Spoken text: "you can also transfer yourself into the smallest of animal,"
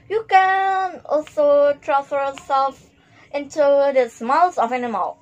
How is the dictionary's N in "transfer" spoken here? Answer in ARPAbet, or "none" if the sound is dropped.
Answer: none